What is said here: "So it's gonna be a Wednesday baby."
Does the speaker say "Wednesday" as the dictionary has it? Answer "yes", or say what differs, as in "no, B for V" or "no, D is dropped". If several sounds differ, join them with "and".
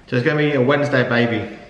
yes